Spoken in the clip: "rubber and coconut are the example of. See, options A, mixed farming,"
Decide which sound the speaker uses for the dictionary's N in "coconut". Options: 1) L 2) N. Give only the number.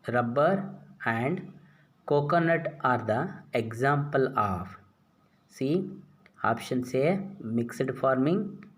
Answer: 2